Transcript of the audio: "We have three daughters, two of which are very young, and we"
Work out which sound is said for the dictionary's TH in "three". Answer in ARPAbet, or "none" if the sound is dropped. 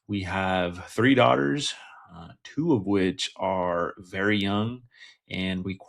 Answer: TH